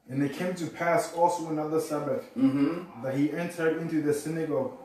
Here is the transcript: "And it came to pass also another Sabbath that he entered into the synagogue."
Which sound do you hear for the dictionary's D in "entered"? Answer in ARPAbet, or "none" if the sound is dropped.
D